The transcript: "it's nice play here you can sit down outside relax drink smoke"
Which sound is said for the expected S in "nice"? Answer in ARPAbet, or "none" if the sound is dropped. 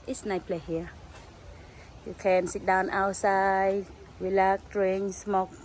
none